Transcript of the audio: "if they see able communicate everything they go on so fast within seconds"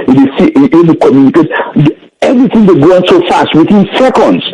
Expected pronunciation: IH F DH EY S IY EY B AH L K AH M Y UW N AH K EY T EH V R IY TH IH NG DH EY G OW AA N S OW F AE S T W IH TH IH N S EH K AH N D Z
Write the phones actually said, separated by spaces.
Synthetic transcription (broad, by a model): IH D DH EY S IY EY AH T K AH M Y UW N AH K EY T EH V R IY TH IH NG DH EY G OW AA N S OW F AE S T W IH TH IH N S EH K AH N D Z